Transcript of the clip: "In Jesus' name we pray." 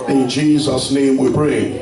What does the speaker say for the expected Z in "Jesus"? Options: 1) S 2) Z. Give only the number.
2